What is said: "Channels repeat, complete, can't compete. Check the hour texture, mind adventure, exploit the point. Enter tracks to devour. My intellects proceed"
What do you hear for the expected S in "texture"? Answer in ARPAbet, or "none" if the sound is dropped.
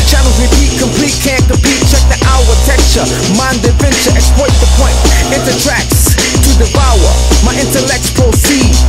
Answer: none